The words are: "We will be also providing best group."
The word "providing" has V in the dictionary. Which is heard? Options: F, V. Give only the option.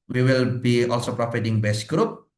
F